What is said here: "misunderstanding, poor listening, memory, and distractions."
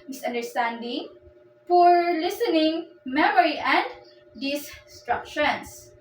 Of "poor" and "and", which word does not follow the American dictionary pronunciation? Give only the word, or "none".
poor